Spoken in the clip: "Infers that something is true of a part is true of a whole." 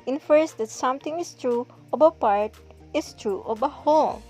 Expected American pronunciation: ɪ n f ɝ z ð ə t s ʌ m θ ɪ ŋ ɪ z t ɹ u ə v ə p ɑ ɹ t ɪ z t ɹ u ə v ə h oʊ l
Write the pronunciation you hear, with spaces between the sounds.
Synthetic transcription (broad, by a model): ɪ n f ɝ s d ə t s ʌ m t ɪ ŋ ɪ s t ɹ u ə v ə p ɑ ɹ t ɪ s t ɹ u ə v ə h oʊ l